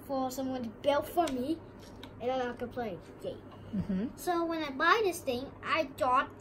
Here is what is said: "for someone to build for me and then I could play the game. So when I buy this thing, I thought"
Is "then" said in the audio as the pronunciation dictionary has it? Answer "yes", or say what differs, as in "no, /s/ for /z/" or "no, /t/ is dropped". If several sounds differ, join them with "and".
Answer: no, /l/ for /n/